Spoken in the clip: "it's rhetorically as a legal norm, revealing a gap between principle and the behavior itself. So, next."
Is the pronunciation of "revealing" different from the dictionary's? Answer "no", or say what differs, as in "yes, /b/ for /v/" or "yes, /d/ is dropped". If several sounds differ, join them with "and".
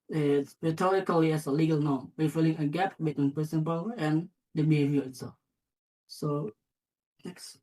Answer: yes, /w/ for /ɹ/ and /f/ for /v/